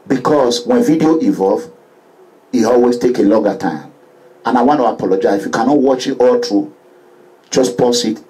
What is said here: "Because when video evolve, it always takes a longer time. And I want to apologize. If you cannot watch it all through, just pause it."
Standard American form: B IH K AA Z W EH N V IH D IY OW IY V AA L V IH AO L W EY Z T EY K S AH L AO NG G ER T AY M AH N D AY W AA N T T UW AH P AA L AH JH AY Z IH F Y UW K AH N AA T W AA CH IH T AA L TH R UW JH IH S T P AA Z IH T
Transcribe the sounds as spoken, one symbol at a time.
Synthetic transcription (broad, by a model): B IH K AA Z W EH N V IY D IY OW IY V AA L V IH AO L W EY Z T EY K AH L AO NG G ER T AY M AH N AY W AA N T T UW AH P AA L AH JH AY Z IH F Y UW K AH N AA T W AA CH IH T AA L T R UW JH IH S P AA S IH T